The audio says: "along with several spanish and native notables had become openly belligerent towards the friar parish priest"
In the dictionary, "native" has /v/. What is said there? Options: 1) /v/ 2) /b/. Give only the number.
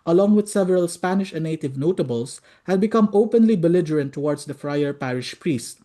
1